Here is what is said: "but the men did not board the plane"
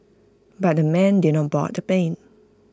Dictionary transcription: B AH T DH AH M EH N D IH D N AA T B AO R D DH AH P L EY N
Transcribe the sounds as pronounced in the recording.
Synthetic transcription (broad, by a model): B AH T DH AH M EH N D IH D N AA T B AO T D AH P EY N